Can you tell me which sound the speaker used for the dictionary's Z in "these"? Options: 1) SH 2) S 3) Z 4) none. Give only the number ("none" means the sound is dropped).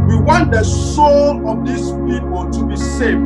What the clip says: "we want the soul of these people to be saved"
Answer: 2